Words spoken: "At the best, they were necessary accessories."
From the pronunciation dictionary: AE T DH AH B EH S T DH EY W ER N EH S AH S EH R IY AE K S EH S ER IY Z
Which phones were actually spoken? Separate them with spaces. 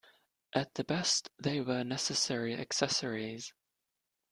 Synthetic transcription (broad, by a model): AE T DH AH B EH S T DH EY W ER N EH S AH S EH R IY AE K S EH S ER IY Z